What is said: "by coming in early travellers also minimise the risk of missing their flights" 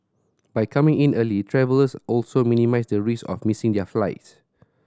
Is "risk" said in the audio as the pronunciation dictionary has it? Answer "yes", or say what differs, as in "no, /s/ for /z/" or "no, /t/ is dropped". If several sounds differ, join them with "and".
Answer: no, /k/ is dropped